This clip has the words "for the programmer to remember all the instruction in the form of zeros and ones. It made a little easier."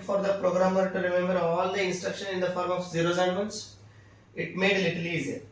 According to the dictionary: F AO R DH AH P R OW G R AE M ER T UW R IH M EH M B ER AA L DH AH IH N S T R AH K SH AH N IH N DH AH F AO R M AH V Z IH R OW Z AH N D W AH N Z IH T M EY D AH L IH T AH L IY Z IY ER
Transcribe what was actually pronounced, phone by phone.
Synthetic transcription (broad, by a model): F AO R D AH P R OW G R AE M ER T UW R IH M EH M B ER AA L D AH IH N S T R AH K SH AH N IH N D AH F AO R M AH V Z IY R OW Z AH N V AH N S IH T M EY D L IH T AH L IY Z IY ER